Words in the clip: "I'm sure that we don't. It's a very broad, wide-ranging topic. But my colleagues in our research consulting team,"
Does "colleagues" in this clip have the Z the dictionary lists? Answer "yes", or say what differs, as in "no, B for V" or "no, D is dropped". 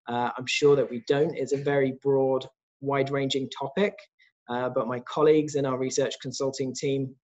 yes